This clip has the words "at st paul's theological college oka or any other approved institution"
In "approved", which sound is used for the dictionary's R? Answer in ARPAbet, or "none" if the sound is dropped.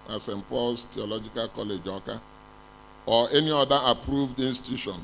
R